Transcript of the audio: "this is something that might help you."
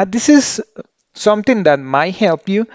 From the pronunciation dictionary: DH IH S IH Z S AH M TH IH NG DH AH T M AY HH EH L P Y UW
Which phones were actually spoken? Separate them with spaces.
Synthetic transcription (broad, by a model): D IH S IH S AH M T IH NG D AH T M AY HH EH L P Y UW